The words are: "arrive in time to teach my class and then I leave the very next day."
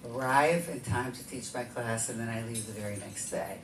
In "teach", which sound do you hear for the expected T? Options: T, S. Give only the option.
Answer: T